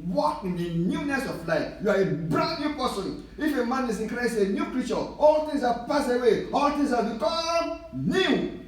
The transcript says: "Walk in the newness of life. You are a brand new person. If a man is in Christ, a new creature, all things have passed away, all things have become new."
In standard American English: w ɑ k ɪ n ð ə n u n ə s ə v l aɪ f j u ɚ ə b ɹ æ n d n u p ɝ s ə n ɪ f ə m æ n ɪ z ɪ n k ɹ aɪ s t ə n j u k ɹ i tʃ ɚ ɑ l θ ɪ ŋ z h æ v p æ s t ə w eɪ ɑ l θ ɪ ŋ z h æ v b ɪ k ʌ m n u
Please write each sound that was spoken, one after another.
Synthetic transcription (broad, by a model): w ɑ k ɪ n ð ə n u n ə s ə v l aɪ f j u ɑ ə b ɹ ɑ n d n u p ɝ s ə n ɪ f ə m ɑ n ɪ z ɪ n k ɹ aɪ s ə n j u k ɹ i tʃ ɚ ɑ l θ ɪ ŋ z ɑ p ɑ s ə w eɪ ɑ l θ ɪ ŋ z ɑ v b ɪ k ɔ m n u